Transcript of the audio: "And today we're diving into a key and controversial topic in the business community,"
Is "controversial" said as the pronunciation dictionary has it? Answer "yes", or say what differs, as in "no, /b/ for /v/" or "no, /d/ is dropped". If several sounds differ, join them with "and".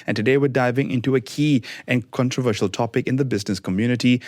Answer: yes